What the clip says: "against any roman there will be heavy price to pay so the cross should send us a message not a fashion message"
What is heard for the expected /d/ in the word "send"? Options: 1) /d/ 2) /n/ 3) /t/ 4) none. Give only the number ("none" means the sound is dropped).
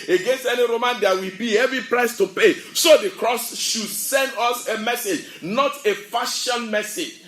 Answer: 1